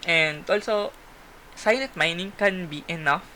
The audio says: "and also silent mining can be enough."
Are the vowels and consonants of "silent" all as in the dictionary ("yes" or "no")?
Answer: no